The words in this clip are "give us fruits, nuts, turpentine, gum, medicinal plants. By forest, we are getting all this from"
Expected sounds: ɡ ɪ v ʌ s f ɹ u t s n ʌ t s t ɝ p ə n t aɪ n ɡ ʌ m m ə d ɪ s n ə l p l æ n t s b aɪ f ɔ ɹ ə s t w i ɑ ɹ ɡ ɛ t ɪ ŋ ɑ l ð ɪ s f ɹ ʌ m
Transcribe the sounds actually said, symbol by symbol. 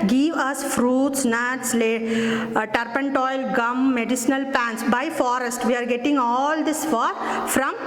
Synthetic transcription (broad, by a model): ɡ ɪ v ʌ s f ɹ u t s n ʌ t s t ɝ p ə n t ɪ l ɡ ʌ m m ə d ɪ s n ə l p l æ n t s b aɪ f ɔ ɹ ə s t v i ɑ ɹ ɡ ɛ t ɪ ŋ ɑ l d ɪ s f ɹ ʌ m